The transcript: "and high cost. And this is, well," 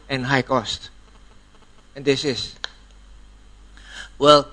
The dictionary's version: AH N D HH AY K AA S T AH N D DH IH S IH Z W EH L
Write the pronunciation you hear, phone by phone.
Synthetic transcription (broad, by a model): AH N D HH AY K AA S T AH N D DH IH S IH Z W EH L